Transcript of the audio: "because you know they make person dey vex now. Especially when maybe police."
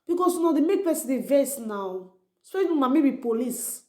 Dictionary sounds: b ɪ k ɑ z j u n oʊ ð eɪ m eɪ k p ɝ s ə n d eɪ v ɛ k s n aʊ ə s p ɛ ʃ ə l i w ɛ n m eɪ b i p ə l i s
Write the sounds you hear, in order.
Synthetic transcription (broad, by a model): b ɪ k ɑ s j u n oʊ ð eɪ m eɪ k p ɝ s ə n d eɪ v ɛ s n aʊ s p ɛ ə n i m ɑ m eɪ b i p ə l i s